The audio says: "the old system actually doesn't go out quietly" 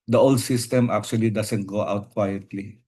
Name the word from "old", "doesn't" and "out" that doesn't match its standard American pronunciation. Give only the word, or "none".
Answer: doesn't